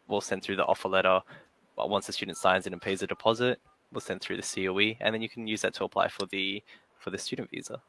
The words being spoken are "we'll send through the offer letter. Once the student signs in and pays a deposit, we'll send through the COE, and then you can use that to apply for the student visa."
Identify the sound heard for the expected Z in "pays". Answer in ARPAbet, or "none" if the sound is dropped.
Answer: Z